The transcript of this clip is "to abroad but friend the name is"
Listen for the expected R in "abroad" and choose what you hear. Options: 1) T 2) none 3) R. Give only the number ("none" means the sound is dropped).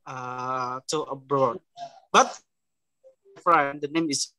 3